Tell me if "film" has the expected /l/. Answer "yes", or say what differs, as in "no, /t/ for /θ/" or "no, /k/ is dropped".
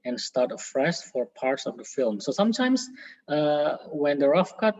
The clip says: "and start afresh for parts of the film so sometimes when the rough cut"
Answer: yes